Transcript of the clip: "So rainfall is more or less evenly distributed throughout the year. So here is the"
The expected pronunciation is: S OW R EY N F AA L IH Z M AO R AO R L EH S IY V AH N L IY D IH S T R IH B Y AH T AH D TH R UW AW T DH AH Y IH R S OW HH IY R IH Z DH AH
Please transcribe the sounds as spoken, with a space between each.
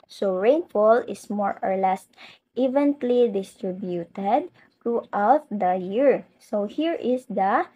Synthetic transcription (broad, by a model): S OW R EY N F AA L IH S M AO R AO R L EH S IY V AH N L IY D IH S T R IH B Y AH T AH D T R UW AW T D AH Y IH R S OW HH IY R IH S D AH